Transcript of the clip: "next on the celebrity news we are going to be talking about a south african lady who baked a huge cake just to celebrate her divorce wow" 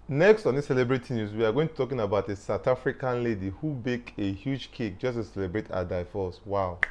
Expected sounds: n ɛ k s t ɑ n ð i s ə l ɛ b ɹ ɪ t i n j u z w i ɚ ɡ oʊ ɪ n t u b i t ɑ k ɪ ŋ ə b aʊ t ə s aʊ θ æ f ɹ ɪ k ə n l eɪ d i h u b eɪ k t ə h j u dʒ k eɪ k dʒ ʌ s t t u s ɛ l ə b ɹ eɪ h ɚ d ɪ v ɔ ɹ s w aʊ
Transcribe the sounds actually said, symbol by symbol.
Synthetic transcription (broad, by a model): n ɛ k s t ɑ n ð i s ə l ɛ b ɹ ɪ t i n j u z w i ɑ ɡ oʊ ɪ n t u t ɑ k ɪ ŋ ə b aʊ t ə s aʊ t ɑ f ɹ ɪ k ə n l eɪ d i h u b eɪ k ə h j u dʒ k eɪ k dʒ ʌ s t t u s ɛ l ə b ɹ eɪ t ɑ d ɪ f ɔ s w aʊ